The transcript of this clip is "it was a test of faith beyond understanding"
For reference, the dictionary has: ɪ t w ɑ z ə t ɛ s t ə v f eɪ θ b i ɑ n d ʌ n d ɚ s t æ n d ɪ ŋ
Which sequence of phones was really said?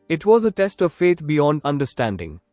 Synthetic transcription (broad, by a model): ɪ t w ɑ z ə t ɛ s t ə v f eɪ t b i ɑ n d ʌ n d ɚ s t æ n d ɪ ŋ